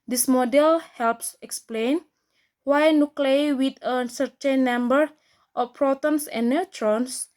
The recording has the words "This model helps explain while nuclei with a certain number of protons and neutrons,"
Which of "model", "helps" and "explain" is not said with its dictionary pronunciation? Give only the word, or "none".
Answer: none